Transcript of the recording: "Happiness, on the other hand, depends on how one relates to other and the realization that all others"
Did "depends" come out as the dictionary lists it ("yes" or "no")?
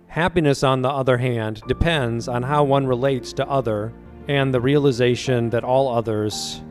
yes